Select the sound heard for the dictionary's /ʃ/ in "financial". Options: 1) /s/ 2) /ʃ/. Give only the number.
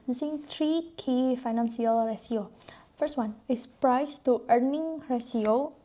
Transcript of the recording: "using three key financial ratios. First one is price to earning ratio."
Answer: 1